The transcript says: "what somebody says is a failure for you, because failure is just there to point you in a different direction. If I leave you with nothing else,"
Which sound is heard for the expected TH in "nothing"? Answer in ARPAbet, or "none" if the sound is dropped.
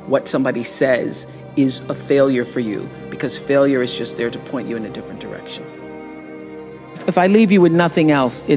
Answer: TH